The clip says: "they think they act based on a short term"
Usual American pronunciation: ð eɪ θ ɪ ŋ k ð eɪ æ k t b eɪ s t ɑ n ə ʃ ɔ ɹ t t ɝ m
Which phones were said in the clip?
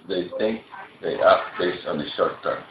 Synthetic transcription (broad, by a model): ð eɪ θ ɪ ŋ k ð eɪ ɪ t b eɪ s t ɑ n ə ʃ ɔ ɹ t t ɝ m